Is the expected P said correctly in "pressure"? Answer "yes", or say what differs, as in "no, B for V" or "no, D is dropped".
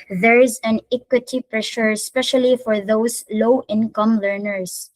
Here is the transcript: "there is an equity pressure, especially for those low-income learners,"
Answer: yes